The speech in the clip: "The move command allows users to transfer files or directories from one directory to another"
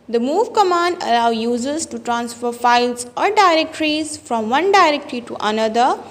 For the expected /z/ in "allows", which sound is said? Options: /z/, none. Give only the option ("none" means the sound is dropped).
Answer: none